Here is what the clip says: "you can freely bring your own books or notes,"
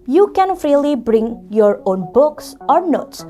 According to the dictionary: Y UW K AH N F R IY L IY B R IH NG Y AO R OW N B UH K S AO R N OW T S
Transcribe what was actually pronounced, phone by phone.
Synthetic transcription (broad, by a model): Y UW K AH N F R IY L IY B R IH NG Y AO R OW N B UH K S AO R N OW T S